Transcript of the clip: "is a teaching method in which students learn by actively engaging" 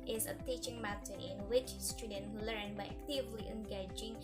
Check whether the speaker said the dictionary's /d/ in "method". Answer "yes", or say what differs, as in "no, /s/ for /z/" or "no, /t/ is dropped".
no, /d/ is dropped